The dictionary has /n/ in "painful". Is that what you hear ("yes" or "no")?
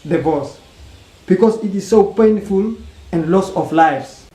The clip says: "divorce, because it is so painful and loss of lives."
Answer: yes